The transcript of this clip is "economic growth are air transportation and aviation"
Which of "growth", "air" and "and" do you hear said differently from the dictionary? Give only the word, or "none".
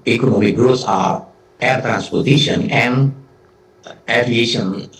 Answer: growth